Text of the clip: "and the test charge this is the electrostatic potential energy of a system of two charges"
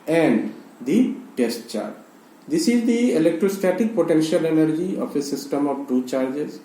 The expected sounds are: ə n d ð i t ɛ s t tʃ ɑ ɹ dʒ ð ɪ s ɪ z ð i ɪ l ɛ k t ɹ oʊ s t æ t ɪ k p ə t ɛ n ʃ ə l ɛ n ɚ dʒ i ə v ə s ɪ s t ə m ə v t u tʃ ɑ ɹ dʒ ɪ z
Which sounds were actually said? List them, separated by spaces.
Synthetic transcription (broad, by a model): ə n d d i t ɛ s t tʃ ɑ ɹ dʒ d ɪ s ɪ z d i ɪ l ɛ k t ɹ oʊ s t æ t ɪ k p ə t ɛ n ʃ ə l ɛ n ɚ dʒ i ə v ə s ɪ s t ə m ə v t u tʃ ɑ ɹ dʒ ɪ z